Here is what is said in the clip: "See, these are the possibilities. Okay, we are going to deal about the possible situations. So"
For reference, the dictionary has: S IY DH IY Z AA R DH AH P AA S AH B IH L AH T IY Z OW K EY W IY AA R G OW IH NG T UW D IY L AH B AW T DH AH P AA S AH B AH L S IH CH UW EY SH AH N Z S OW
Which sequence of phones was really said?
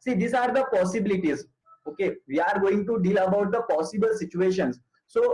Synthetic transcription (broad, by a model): S IY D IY S AA R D AH P AA S AH B IH L AH T IY Z OW K EY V IY AA R G OW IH NG T UW D IY L AH B AW T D AH P AA S AH B AH L S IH CH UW EY SH AH N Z S OW